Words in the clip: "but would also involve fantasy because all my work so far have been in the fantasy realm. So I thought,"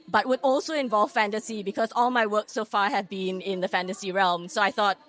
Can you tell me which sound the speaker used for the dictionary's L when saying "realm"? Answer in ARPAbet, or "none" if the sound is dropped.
L